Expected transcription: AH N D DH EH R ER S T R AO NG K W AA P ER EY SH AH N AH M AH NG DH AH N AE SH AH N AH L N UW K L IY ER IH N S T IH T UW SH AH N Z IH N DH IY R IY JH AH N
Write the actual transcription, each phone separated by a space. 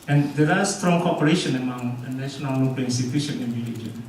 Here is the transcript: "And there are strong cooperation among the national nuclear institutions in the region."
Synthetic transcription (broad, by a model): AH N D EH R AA S T R AO NG K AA P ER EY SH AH N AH M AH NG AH N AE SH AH N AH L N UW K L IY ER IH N S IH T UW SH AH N IH N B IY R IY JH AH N